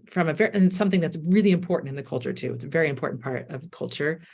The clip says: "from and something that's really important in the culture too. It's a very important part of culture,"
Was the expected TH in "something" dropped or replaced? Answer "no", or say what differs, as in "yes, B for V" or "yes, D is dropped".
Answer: no